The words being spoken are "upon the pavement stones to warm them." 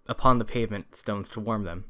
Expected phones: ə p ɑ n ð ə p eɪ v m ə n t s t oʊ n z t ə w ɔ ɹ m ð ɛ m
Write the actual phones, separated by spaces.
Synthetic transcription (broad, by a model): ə p ɑ n ð ə p eɪ v m ə n t s t oʊ n z t ə w ɔ ɹ m ð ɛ m